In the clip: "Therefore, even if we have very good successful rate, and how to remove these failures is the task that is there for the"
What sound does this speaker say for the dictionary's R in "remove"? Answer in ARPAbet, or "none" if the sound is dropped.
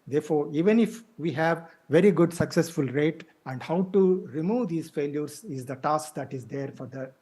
R